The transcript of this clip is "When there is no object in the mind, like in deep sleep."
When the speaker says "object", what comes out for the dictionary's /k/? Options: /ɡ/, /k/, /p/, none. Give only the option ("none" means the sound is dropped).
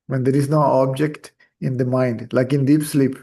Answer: /k/